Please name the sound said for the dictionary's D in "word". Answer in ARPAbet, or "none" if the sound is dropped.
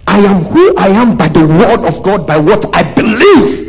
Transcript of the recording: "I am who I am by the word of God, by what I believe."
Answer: D